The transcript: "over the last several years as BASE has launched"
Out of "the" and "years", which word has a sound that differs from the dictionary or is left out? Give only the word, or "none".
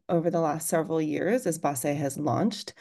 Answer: none